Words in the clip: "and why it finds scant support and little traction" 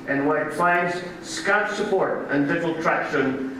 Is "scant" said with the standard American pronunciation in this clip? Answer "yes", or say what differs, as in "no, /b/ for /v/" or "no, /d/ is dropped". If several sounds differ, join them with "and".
no, /n/ is dropped